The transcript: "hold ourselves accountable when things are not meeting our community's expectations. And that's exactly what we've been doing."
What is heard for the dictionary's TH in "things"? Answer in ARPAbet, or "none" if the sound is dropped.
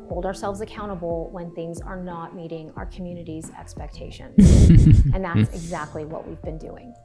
TH